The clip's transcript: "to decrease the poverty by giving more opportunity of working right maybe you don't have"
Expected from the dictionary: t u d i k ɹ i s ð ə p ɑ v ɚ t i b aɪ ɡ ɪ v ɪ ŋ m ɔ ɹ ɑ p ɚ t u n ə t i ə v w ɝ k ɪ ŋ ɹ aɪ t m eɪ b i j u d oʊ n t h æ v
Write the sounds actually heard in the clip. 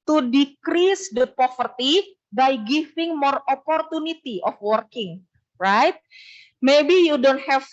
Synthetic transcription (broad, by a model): t u d i k ɹ i s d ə p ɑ f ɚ t i b aɪ ɡ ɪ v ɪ ŋ m ɔ ɹ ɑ p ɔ t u n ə t i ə f w ɝ k ɪ ŋ ɹ aɪ t m eɪ b i j u d oʊ n t h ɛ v